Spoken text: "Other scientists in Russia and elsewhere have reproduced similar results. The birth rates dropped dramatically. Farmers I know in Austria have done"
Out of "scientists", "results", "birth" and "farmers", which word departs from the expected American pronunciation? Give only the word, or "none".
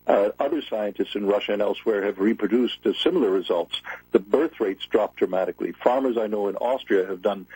none